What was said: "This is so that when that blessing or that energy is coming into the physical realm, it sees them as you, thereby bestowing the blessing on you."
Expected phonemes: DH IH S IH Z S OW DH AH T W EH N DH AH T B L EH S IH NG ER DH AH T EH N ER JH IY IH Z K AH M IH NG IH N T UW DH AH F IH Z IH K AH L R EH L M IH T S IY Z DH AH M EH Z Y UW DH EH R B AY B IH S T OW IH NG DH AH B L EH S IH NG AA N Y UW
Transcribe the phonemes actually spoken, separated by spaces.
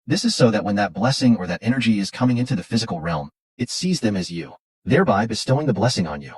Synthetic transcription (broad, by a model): DH IH S IH Z S OW DH AH T W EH N DH AH T B L EH S IH NG ER DH AH T EH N ER JH IY IH Z K AH M IH NG IH N T UW DH AH F IH Z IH K L R EH L M IH T S IY Z DH AH M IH Z Y UW DH EH R B AY B IH S T OW IH NG DH AH B L EH S IH NG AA N Y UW